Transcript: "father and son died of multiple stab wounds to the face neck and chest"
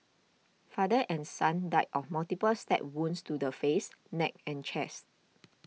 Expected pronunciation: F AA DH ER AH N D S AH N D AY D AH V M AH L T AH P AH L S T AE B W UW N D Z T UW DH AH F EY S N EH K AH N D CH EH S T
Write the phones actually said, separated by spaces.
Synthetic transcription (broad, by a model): F AA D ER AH N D S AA N D AY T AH F M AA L T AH P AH L S T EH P W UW N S T UW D AH F EY S N EH K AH N CH EH S T